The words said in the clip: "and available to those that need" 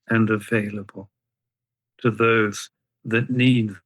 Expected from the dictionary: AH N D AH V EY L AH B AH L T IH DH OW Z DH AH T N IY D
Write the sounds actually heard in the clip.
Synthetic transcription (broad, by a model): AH N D AH V EY L AH B AH L T IH DH OW Z DH AH T N IY D